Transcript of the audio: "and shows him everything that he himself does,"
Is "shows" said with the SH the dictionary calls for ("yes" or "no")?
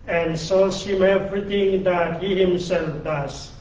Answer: no